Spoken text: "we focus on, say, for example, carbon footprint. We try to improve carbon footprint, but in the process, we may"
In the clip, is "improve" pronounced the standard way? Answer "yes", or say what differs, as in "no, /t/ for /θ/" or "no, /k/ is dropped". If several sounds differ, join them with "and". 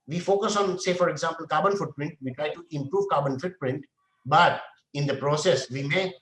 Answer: yes